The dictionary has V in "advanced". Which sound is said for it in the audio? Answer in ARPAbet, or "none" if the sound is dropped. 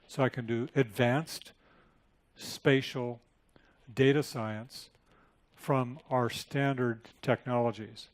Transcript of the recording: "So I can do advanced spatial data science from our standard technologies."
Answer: V